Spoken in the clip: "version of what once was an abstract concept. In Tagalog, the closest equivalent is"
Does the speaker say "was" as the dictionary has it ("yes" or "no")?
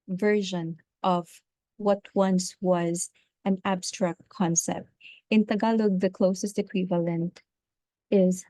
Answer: yes